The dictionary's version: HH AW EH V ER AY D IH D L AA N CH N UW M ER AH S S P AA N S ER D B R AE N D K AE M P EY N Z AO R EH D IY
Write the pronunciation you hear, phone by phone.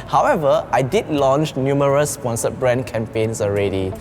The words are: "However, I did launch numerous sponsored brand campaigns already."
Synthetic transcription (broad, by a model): HH AW EH V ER AY D IH D L AA N CH N UW M ER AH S S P AA N S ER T B R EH N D K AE M P EY N S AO R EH D IY